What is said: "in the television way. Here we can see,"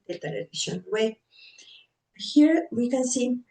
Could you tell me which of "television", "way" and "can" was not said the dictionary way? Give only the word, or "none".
television